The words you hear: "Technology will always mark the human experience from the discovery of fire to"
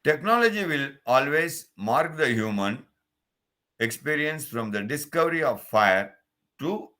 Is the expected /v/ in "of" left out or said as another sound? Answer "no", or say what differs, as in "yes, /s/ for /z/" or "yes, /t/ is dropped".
no